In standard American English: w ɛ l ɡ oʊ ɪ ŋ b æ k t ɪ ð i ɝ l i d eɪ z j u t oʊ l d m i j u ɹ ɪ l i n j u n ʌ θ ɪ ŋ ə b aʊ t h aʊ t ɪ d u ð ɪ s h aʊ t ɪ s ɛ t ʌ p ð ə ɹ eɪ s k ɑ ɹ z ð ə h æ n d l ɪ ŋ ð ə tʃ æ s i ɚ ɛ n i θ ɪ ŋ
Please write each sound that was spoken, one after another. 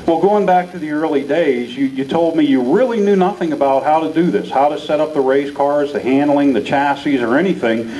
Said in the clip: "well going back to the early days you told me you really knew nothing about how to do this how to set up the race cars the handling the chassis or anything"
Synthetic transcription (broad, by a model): w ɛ l ɡ oʊ ɪ ŋ b æ k t ɪ ð i ɝ l i d eɪ z j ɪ t oʊ l d m i j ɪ ɹ ɪ l i n j u n ʌ θ ɪ ŋ ə b aʊ t h aʊ t ɪ d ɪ ð ɪ s h aʊ t ɪ s ɛ t ʌ p ð ə ɹ eɪ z k ɑ ɹ z ð ə h æ n d l ɪ ŋ ð ə tʃ æ s i ɚ ɛ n i θ ɪ ŋ